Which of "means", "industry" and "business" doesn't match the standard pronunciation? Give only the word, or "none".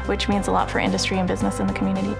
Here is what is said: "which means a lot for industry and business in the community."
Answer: none